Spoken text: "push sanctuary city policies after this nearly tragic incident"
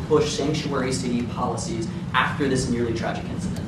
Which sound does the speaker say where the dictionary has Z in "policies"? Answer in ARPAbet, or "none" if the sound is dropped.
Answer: Z